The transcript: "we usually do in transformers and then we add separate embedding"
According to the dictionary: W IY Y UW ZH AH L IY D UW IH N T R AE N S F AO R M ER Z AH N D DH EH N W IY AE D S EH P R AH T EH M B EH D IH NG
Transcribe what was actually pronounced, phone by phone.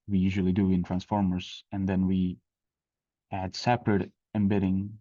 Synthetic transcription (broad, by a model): W IY Y UW ZH AH L IY D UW IH N T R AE N S F AO R M ER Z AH N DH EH N W IY AE D S EH P R AH T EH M B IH D IH NG